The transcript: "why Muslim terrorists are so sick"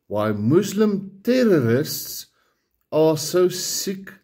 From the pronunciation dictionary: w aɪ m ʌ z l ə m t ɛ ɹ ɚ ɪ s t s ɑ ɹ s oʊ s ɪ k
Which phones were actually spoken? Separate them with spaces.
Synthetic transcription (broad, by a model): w aɪ m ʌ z l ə m t ɛ ɹ ɚ ɪ s t s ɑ l s oʊ s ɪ k